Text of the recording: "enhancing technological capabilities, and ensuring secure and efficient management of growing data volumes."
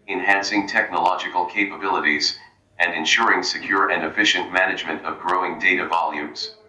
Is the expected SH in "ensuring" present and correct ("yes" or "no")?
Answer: yes